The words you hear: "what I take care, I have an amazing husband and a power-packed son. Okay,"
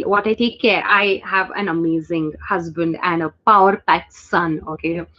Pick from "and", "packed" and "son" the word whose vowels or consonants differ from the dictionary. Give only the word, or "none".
packed